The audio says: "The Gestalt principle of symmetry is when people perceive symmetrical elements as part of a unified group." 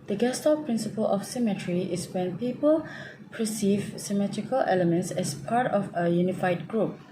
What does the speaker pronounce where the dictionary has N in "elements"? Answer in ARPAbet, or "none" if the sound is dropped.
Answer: N